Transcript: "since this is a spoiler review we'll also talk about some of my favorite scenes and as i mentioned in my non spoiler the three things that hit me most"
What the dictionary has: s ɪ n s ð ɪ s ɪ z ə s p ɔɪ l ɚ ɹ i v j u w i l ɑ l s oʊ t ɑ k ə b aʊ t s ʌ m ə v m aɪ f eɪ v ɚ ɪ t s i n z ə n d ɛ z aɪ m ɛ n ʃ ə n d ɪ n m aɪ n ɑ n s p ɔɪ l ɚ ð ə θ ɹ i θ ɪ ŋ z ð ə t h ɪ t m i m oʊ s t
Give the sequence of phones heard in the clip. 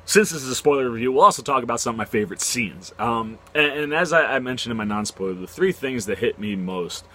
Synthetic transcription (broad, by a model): s ɪ n s ð ɪ s ɪ z ə s p ɔɪ l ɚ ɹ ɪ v j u w i l ɑ l s oʊ t ɑ k ə b aʊ t s ʌ m ə v m aɪ f eɪ v ɚ ɪ t s i n z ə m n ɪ z aɪ m ɛ n ʃ ə n d ɪ n m aɪ n ɑ n s p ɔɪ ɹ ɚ ð ə θ ɹ i θ ɪ ŋ z ð ə t h ɪ t m i m oʊ s t